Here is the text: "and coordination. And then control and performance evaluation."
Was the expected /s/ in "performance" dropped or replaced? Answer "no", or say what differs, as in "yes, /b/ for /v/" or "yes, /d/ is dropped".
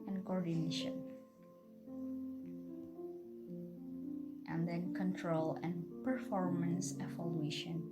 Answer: no